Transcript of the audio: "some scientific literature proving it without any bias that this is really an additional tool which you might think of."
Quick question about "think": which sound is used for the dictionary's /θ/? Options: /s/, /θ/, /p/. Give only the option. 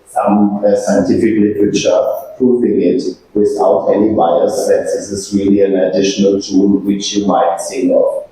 /s/